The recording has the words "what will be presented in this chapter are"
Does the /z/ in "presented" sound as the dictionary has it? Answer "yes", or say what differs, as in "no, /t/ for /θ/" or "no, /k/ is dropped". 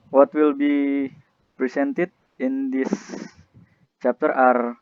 no, /s/ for /z/